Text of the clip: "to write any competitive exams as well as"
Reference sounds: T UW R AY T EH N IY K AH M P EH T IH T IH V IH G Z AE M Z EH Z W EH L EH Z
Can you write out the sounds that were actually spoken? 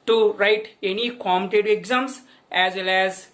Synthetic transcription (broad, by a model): T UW R AY T EH N IY K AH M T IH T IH IH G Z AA M S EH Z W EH L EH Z